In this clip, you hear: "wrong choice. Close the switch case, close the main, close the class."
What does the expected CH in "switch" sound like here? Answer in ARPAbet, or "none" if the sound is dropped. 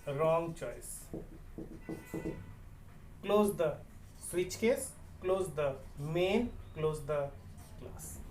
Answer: CH